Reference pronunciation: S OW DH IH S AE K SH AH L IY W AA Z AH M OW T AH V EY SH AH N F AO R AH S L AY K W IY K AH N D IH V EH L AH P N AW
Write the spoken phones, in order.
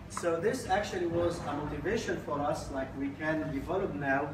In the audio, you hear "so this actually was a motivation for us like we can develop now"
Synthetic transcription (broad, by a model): S OW DH IH S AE K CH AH L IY W AA Z AH M OW T AH V EY SH AH N F AO R AH S L AY K W IY K AH N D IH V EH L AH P N AW